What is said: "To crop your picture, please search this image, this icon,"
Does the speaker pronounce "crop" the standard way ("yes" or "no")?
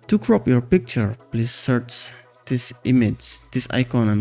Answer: yes